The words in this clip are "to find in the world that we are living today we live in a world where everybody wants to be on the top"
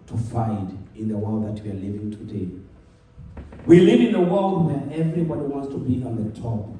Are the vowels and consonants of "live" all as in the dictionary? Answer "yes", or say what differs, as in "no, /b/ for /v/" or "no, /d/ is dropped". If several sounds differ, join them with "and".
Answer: yes